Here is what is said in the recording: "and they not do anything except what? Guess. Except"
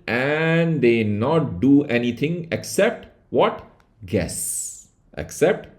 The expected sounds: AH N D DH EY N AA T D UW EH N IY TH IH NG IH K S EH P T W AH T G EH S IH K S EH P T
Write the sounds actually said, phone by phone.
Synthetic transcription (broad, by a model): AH N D EY N AA T D UW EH N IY T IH NG IH K S EH P T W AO T G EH S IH K S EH P T